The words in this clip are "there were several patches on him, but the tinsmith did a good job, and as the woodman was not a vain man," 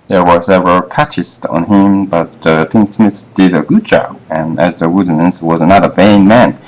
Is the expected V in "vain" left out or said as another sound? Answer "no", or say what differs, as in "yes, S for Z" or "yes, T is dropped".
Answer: no